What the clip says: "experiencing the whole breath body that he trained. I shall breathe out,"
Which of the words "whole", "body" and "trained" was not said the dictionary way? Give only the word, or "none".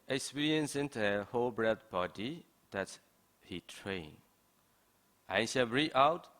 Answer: trained